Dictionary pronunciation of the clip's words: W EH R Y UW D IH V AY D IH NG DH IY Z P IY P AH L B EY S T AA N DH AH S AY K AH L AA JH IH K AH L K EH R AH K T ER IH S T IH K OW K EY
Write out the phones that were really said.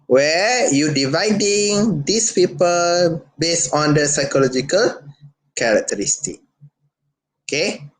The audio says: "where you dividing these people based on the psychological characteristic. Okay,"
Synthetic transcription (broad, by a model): W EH Y UW D IH V AY D IH NG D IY S P IY P AH L B EY S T AA N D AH S AY K AH L AA JH IH K AH L K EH R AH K T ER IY S T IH K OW K EY